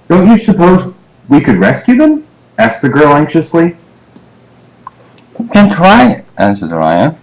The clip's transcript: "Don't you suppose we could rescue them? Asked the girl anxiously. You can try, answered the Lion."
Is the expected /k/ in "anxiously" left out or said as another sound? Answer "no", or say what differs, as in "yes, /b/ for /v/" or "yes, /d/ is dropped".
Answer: no